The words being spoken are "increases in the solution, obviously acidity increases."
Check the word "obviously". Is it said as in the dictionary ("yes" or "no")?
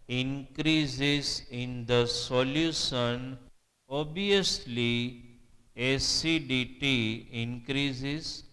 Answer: no